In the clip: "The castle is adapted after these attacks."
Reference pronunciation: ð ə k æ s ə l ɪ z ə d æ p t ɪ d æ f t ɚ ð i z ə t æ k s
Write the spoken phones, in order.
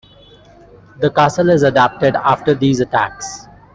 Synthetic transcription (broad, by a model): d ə k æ s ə l ɪ z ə d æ p t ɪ d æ f t ɚ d i z ə t æ k s